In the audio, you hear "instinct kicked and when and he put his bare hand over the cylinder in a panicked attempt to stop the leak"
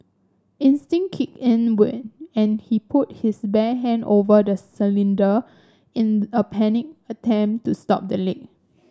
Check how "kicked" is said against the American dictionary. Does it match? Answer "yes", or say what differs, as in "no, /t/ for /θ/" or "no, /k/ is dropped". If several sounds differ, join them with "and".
no, /t/ is dropped